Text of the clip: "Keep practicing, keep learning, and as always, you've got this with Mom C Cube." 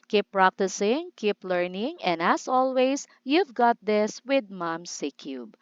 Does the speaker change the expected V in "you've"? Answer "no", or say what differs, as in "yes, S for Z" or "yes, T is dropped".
no